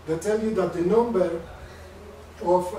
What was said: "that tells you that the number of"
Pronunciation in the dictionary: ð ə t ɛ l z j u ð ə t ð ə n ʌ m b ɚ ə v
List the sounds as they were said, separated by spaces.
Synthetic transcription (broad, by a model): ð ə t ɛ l j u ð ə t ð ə n ʌ m b ɚ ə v